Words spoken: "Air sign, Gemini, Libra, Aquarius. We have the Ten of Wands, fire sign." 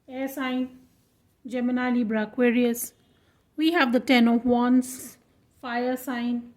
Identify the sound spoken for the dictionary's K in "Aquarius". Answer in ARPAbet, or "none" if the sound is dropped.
K